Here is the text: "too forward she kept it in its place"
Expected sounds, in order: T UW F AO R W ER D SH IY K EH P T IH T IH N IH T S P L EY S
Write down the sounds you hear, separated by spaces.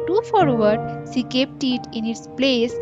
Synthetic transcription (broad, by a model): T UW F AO R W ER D S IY K EH P T IH T IH N IH T S P L EY S